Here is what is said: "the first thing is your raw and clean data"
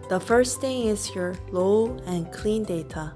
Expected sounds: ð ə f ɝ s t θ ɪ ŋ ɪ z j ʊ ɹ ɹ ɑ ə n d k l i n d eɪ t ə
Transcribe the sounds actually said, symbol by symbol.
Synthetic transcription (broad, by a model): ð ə f ɝ s θ ɪ ŋ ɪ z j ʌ ɹ l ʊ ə n k l i n d eɪ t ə